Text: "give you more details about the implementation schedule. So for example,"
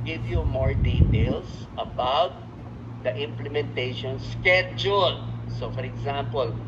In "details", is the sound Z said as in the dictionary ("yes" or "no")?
no